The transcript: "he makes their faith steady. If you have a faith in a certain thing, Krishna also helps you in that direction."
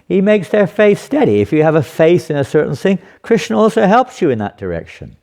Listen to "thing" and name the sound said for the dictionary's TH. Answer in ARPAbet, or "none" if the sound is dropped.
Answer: TH